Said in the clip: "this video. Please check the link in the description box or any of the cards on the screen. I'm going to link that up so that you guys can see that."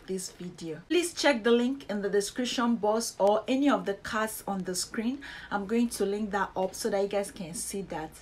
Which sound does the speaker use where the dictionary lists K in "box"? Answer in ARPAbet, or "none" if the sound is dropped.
none